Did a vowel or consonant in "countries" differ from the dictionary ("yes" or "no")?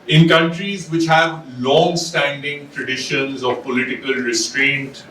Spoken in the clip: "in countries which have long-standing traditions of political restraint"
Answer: no